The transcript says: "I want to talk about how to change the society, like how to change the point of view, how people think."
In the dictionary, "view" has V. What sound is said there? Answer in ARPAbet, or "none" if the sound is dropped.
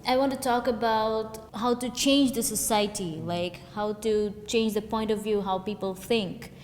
V